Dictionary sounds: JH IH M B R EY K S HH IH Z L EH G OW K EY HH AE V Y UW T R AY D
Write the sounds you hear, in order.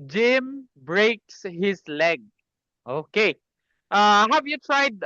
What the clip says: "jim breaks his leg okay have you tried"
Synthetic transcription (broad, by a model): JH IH M B R EY K S HH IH S L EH G OW K EY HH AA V Y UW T R AY D